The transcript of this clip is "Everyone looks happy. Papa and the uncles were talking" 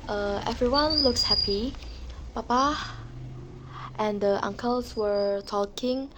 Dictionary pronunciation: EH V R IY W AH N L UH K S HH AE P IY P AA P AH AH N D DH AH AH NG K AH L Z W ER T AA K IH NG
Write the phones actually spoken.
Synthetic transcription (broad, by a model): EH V R IY W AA N L UH K S HH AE P IY P AA P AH AH N D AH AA NG K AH L S W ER T AA K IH NG